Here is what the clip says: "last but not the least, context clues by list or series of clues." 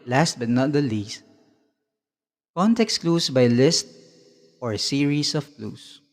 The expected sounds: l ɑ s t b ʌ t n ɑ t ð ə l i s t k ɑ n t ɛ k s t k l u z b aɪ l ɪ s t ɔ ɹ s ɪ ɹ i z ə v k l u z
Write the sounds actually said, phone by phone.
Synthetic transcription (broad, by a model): l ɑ s t b ʌ t n ɑ t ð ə l i s t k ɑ n t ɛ k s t k l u s b aɪ l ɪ s t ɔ ɹ s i ɹ i s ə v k l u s